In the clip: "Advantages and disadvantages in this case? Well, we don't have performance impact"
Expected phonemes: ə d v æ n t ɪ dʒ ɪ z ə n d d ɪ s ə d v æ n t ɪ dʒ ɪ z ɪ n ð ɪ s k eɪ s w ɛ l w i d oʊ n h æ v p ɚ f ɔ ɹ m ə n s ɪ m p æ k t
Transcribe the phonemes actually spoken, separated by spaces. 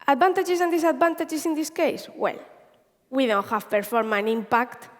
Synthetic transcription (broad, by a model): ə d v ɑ n t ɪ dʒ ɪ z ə n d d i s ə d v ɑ n t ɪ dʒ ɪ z ɪ n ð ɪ s k eɪ s w ɛ l w i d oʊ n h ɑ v p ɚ f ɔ ɹ m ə n ɪ m p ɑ k t